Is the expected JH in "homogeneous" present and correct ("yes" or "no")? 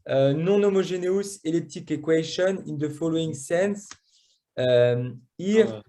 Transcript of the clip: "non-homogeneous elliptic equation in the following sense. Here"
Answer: no